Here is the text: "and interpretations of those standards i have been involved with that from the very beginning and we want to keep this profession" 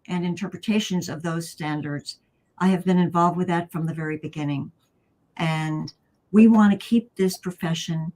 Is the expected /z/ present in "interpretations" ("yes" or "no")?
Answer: yes